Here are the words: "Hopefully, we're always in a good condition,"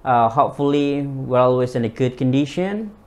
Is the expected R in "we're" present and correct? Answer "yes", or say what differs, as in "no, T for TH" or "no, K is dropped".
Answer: yes